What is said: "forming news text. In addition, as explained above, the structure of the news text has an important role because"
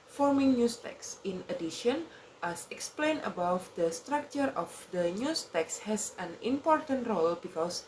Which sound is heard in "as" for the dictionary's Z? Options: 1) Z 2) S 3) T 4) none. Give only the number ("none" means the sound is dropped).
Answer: 2